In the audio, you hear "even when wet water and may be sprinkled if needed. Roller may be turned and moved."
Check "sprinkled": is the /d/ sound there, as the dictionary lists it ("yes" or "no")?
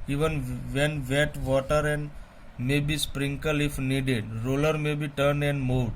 no